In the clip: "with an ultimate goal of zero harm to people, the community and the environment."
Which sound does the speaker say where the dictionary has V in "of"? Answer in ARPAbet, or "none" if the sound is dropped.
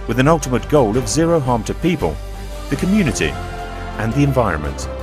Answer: V